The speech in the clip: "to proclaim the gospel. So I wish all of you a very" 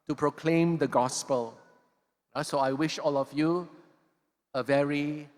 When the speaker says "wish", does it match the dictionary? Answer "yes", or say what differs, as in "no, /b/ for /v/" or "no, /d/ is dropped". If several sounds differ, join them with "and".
yes